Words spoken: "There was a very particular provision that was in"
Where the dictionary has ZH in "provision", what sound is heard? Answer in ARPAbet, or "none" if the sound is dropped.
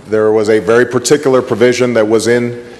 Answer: ZH